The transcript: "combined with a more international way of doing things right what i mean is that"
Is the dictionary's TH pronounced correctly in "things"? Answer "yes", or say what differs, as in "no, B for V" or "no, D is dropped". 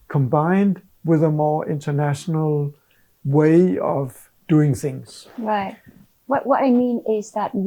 yes